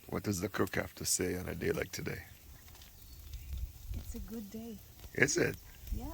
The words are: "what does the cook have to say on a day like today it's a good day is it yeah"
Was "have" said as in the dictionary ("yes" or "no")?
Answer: no